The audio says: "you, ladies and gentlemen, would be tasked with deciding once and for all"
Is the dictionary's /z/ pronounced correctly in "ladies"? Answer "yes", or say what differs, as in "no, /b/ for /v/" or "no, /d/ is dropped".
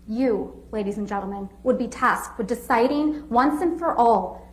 yes